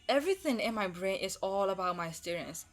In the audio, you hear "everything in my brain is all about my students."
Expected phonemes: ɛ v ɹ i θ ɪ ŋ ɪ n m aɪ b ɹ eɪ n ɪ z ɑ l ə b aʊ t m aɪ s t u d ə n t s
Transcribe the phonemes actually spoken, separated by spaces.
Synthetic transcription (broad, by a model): ɛ v ɹ i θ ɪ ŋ ɪ n m aɪ b ɹ eɪ n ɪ s ɑ l ə b aʊ t m aɪ s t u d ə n s